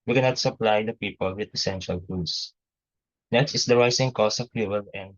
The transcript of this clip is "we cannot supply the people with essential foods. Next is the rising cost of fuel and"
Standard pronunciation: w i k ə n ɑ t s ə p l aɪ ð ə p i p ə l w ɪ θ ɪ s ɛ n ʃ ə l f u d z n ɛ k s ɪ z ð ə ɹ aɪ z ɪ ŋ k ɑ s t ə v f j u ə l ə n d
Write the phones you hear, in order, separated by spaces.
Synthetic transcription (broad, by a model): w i k ə n ɑ t s ə p l aɪ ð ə p i p ə l w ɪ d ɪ s ɛ n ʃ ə l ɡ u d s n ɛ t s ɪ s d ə ɹ aɪ s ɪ ŋ k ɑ s ə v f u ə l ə n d